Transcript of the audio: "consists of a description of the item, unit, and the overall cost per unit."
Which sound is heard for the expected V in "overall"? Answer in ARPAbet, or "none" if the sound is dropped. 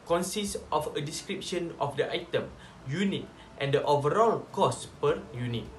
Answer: V